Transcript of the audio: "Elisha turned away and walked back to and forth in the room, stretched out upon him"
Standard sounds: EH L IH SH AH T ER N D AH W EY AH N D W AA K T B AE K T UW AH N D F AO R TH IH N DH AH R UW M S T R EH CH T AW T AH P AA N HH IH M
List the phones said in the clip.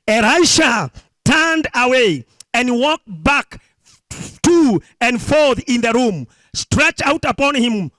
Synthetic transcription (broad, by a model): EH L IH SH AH T ER N D AH W EY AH N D W AA K T B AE K T UW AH N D F AO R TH IH N DH AH R UW M S T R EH CH AW T AH P AA N HH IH M